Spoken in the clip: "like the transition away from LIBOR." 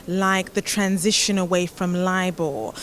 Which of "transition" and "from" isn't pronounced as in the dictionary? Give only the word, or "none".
none